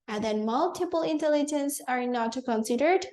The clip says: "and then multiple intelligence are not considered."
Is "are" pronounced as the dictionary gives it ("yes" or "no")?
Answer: yes